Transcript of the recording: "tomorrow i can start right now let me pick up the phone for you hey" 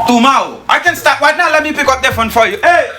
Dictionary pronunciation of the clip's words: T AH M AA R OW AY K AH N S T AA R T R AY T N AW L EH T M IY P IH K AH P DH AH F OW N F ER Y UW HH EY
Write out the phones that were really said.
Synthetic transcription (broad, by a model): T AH M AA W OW AY K AH N S T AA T W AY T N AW L EH T M IY P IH K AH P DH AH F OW N F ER Y UW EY